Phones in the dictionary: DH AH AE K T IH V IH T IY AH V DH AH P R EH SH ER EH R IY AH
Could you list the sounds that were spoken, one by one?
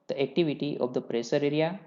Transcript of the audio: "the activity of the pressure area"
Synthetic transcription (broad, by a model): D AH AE K T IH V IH T IY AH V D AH P R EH S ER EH R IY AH